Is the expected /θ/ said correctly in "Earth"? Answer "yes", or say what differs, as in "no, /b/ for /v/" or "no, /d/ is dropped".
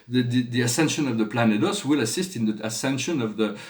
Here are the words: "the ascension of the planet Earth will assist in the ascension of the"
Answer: no, /s/ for /θ/